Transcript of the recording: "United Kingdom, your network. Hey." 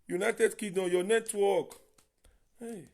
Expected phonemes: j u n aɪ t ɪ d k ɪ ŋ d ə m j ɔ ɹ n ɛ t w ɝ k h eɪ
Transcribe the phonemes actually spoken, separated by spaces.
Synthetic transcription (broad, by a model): j u n aɪ t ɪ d k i d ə j ɔ n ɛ t w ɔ k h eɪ